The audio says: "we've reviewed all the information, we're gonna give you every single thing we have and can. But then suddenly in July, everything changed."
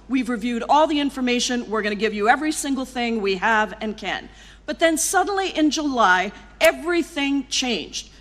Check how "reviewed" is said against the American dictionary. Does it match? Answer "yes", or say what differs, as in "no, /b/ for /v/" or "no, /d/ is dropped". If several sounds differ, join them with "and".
yes